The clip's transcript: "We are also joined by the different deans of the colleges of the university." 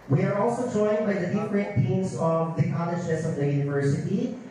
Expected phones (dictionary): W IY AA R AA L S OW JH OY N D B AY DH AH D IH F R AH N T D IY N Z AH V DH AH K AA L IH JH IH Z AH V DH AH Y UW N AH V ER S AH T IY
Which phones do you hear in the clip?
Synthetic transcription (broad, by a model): W IY AA R AA L S OW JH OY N B AY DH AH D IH P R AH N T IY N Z AH V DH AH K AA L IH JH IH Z AH V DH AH Y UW N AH V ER S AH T IY